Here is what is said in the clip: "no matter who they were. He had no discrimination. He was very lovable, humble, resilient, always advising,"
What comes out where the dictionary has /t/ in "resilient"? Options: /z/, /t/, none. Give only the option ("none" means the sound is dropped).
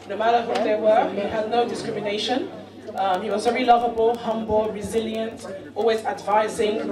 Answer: /t/